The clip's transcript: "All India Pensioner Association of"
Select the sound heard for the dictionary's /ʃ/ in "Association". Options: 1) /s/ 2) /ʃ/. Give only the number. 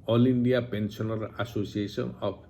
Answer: 1